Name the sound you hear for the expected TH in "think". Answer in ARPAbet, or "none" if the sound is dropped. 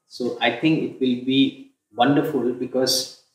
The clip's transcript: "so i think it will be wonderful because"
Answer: T